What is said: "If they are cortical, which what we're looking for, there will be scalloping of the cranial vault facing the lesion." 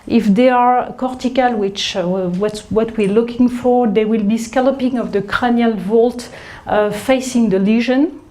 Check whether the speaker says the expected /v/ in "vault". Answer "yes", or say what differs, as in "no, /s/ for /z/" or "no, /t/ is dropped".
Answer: yes